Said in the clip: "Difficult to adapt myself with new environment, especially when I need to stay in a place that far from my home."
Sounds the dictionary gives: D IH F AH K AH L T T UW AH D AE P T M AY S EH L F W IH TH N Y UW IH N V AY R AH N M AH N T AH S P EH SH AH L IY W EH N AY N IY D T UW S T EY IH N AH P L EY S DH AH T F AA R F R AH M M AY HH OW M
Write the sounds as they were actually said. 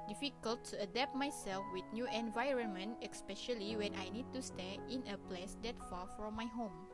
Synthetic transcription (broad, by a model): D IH F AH K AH L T T UW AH D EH P T M AY S EH L F W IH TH N Y UW IH N V AY R AH N M AH N T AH S P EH SH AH L IY W EH N AY N IY D T UW S T EY IH N AH P L EY S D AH T F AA F R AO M M AY HH OW M